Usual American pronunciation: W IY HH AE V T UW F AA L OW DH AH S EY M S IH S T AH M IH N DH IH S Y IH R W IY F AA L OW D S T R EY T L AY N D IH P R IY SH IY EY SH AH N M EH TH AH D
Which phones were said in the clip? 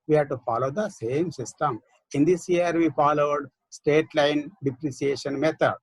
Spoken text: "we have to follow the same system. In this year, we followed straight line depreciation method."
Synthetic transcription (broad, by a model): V IY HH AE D T UW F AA L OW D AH S EY M S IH S T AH M IH N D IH S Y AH R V IY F AA L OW D S T EY T L AY N D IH P R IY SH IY EY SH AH N M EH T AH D